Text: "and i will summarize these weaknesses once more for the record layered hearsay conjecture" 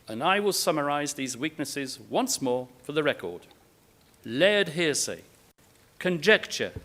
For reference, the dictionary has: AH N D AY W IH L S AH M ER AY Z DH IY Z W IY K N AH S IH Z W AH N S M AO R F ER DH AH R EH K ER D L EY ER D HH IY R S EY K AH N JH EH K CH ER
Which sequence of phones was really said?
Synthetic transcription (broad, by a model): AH N AY W IH L S AH M ER AY Z DH IY Z W IY K N AH S IH Z W AH N S M AO R F ER DH AH R EH K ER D L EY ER D HH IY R S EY K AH N JH EH K CH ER